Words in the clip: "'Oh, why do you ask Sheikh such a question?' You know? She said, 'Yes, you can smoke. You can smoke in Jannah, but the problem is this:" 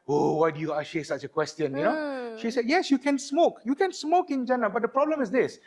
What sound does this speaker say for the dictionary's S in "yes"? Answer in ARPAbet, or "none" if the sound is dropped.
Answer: S